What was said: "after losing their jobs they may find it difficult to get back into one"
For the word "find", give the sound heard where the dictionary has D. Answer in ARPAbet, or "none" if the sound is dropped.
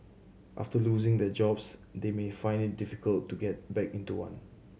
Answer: D